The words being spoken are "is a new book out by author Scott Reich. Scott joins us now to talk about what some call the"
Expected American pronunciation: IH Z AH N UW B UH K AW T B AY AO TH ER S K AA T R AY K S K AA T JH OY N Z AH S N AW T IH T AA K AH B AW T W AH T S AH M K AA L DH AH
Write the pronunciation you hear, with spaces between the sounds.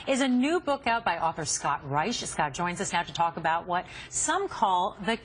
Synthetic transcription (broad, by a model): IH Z AH N UW B UH K AW T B AY AO TH ER S K AA T R AY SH S K AA T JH OY N Z AH S N AW T IH T AA K AH B AW T W AH T S AH M K AA L DH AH